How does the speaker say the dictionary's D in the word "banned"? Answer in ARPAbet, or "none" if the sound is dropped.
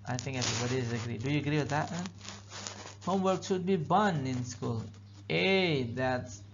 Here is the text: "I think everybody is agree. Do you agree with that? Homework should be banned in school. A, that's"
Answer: none